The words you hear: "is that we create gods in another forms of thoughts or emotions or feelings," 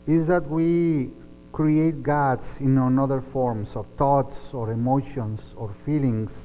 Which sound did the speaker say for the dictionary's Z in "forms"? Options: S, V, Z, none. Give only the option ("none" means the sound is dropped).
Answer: S